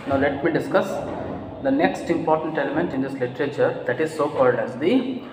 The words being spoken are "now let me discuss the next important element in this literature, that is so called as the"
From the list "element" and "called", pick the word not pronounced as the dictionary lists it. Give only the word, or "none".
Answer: none